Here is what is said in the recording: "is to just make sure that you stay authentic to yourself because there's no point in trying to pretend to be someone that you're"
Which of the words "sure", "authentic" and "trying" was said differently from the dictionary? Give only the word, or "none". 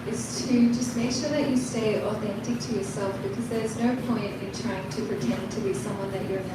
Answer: none